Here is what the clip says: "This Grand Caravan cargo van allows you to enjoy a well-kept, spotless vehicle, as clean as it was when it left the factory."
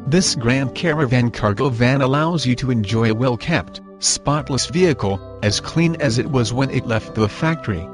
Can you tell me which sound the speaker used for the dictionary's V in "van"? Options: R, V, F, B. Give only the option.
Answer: V